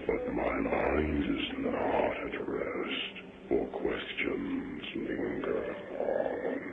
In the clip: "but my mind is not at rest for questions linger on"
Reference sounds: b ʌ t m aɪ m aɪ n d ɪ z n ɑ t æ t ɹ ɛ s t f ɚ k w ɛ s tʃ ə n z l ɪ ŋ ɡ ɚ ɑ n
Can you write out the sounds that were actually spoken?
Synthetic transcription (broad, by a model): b ʌ t m aɪ m aɪ n d ɪ z n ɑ t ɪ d ɹ ɛ s t f ɚ k w ɛ s tʃ ə n z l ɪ ŋ ɡ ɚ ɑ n